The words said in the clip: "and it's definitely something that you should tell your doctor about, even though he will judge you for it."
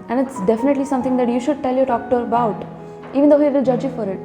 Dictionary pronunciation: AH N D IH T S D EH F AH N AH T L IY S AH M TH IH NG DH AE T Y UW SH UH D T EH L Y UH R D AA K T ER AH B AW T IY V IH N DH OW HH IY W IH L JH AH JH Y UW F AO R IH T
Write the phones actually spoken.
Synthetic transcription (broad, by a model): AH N D IH T S D EH F AH N AH T L IY S AH M T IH NG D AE T Y UW SH UH D T EH L Y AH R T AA K T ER AH B AW T IY V IH N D OW HH IY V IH L JH AH JH Y UW F AO R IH T